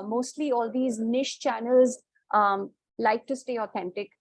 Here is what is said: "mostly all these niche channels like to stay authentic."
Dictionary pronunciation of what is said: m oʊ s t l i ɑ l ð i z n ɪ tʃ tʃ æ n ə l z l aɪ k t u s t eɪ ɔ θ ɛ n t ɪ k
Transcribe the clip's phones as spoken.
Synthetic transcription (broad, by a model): m oʊ s t l i ɑ l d i z n ɪ ʃ tʃ æ n ə l z l aɪ k t u s t eɪ ɔ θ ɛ n t ɪ k